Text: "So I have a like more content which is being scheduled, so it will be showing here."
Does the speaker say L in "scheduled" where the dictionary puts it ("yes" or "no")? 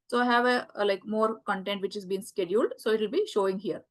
yes